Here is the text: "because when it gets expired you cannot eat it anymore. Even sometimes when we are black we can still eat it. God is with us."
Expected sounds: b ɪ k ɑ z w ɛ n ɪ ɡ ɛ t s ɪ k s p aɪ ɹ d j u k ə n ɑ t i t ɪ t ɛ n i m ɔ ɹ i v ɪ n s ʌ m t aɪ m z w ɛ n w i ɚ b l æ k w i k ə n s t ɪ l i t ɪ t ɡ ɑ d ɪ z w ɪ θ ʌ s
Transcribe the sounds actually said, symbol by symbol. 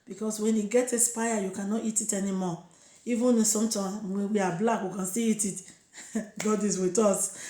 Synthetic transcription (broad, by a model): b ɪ k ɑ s w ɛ n ɪ ɡ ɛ t ɪ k s p aɪ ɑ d j u k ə n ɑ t i t ɪ t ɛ n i m ɔ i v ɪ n s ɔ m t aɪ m w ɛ w i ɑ b l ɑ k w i k ə n s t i i t ɪ t ɡ ɑ d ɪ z w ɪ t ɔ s